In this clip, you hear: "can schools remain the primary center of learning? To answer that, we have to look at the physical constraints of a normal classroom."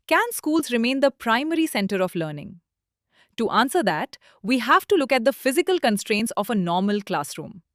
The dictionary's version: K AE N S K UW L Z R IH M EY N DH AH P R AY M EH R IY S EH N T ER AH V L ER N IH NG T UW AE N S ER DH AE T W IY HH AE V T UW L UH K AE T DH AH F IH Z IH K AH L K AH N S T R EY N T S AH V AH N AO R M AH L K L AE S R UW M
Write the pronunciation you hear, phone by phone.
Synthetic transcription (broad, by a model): K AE N S K UW L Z R IH M EY N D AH P R AY M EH R IY S EH N T ER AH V L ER N IH NG T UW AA N S ER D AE T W IY HH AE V T UW L UH K AE T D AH F IH Z IH K AH L K AH N S T R EY N T S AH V AH N AO R M AH L K L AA S R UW M